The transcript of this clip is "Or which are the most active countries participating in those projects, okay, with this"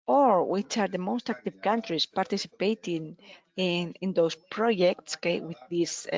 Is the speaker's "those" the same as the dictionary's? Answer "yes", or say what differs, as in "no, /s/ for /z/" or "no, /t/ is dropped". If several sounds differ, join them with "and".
no, /s/ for /z/